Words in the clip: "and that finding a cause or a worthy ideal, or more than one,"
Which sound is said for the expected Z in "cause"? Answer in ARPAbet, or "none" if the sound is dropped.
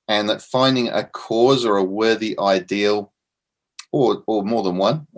Z